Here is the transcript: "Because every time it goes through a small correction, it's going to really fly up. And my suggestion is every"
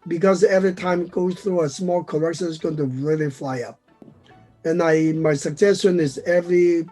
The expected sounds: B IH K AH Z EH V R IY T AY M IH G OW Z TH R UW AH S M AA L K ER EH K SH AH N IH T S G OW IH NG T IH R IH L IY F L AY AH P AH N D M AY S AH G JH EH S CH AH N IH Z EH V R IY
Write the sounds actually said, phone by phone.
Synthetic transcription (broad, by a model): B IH K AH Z EH V R IY T AY M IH G OW Z TH R UW AH S M AA L K ER EH K SH AH N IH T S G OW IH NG T IH R IH L IY F L AY AH P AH N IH M AY S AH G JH EH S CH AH N IH Z EH V R IY